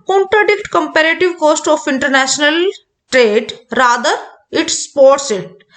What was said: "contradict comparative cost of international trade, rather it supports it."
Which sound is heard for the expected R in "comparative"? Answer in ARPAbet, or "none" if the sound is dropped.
R